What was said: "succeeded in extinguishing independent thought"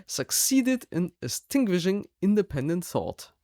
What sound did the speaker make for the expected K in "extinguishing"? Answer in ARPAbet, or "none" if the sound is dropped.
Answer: none